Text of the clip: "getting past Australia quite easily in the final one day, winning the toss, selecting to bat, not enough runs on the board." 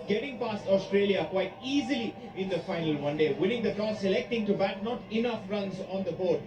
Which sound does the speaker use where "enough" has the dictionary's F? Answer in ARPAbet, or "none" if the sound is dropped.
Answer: F